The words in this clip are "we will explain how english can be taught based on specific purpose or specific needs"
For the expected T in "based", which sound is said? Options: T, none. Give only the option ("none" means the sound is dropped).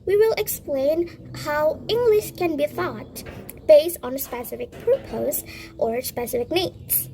T